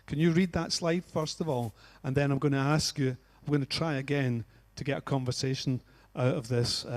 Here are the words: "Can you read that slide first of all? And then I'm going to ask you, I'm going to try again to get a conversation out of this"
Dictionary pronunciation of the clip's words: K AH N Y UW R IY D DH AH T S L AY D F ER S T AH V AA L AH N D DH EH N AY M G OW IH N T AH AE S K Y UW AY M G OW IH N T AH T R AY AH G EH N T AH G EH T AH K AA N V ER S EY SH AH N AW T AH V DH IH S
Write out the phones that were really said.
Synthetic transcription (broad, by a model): K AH N Y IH R IY D DH AH T S L AY D F ER S T AH V AA L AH N DH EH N AY M G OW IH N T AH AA S K Y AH AY M G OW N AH T R AY AH G EH N T AH G EH T AH K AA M V ER S EY SH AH N AW T AH V DH IH S